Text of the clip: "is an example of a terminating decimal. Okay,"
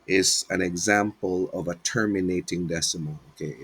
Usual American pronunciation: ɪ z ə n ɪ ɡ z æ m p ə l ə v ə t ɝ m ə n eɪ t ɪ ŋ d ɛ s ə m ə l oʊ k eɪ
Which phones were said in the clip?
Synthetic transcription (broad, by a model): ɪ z ə n ɪ ɡ z æ m p ə l ə v ə t ɝ m ə n eɪ t ɪ ŋ d ɛ s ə m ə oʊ k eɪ